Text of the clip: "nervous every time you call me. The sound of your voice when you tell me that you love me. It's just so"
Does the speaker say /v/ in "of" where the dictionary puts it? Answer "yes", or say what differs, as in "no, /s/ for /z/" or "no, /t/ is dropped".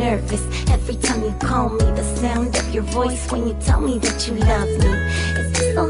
yes